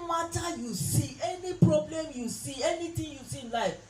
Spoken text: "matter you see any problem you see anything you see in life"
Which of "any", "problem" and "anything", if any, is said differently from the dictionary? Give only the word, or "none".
anything